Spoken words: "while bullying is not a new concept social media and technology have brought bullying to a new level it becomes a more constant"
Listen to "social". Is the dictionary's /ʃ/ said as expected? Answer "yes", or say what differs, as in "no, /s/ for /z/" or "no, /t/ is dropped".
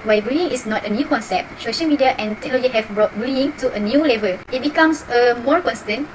yes